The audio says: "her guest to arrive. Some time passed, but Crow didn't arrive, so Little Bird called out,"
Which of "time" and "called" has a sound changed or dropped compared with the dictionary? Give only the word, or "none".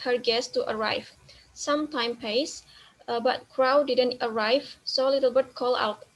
called